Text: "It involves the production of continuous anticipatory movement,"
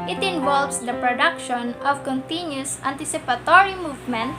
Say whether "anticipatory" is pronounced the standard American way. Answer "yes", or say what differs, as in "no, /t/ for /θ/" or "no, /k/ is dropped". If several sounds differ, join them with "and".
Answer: yes